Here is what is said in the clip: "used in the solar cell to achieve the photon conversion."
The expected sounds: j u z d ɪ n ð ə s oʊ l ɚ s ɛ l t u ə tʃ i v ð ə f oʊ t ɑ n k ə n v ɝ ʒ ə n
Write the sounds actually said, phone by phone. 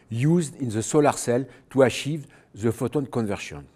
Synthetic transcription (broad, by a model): j u z d ɪ n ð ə s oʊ l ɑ s ɛ l t u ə ʃ i v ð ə f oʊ t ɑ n k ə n v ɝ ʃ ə n